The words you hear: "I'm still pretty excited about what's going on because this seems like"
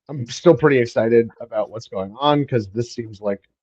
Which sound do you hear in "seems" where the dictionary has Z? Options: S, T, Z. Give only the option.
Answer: Z